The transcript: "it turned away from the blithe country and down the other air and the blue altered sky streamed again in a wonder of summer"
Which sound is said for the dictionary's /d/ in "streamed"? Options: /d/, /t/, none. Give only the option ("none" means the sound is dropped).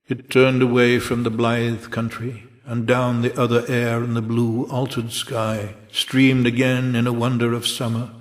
/d/